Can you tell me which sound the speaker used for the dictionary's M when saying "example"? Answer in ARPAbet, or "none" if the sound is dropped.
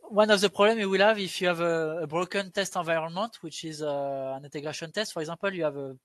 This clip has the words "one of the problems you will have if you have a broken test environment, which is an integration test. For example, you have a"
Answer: none